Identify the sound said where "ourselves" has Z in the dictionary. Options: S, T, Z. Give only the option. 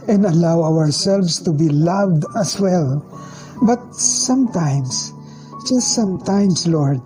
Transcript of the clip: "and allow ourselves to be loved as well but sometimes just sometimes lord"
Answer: S